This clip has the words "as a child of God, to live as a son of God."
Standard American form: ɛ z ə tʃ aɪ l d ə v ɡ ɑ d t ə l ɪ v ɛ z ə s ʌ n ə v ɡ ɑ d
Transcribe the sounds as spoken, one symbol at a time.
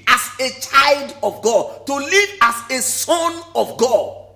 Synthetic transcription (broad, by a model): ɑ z ə tʃ aɪ l d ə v ɡ ɑ d t ə l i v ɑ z ə s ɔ n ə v ɡ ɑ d